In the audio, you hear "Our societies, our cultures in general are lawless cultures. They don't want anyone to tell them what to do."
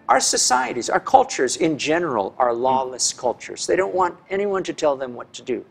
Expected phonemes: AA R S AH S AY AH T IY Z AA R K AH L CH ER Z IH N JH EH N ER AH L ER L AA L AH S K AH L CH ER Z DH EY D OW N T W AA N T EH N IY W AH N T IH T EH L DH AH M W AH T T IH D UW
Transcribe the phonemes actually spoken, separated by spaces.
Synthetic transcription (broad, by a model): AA R S AH S AY AH T IY Z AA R K AH L CH ER Z IH N JH EH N ER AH L ER L AA L AH S K AH L CH ER Z DH EY D OW N T W AA N T EH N IY W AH N T IH T EH L DH AH M W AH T T IH D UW